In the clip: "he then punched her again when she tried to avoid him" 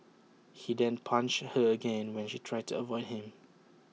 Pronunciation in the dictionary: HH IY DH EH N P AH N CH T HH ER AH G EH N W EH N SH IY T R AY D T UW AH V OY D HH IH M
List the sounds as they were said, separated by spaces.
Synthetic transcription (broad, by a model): HH IY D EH N P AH N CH HH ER AH G EH N W EH N SH IY T R AY D T UW AH V OY D HH IH M